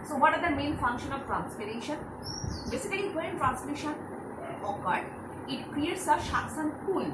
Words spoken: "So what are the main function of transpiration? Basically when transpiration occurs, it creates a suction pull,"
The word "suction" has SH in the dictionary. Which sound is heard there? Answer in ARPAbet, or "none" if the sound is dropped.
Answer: S